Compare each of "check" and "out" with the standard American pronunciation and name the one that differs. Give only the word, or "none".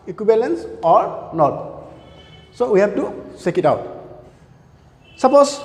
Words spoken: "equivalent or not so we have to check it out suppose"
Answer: check